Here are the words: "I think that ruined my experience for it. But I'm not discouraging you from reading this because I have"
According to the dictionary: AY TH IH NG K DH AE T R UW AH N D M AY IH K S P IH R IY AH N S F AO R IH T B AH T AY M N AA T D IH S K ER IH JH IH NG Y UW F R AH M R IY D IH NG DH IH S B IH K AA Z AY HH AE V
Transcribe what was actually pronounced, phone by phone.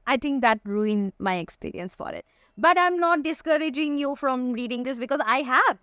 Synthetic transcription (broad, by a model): AY T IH NG K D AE T R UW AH N M AY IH K S P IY R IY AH N S F AO R IH T B AH T AY M N AA T D IH S K ER IH JH IH NG Y UW F R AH M R IY D IH NG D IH S B IH K AA Z AY HH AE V